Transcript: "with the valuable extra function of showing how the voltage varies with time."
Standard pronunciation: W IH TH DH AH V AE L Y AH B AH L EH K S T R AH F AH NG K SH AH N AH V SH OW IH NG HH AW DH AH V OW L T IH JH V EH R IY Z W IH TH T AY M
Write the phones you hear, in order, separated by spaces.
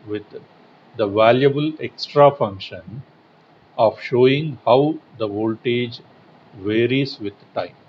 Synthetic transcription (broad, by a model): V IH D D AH V AE L Y AH B AH L EH K S T R AH F AH NG K SH AH N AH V SH OW IH NG HH AW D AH V OW L T IH JH V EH R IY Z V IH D T AY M